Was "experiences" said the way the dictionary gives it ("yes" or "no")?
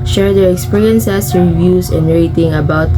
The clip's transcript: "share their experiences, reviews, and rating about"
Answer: no